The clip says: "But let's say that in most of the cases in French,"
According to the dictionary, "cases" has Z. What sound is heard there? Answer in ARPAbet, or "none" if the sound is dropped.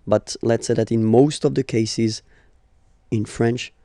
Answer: Z